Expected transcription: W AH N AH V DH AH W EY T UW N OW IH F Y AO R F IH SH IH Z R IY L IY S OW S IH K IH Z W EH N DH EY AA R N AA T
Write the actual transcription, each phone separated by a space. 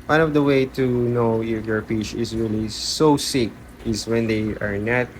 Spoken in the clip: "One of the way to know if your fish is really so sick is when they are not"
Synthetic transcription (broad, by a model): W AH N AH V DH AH W EY T UW N OW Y Y AO R P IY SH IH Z R IY L IY S OW S IH K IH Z W EH N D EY AA R N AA T